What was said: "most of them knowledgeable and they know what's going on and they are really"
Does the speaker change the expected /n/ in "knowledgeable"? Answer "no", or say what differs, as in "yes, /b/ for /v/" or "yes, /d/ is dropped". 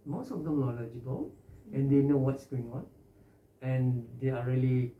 yes, /l/ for /n/